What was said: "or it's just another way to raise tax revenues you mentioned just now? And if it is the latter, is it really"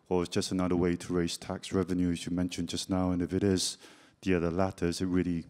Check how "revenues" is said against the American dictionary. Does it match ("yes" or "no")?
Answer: yes